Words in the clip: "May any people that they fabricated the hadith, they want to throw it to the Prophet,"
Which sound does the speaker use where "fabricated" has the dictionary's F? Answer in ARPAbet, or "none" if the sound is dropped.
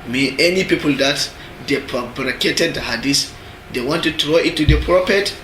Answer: P